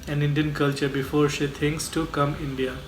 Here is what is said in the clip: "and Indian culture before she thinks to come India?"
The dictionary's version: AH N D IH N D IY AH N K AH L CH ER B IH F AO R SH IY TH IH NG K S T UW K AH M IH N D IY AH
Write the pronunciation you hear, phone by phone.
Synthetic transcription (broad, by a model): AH N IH N D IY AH N K AH L CH ER B IH F AO R SH IY T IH NG K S T UW K AH M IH N D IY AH